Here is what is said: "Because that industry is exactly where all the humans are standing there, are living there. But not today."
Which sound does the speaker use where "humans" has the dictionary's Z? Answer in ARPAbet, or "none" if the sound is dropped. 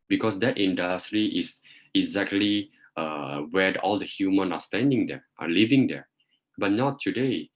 none